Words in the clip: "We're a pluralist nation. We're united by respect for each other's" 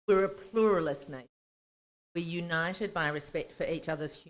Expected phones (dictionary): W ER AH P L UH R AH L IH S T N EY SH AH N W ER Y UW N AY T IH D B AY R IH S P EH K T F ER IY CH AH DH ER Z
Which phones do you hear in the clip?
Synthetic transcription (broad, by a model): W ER AH P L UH R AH L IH S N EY AH Y UW N AY T IH D B AY R IH S P EH K T F ER IY CH AH DH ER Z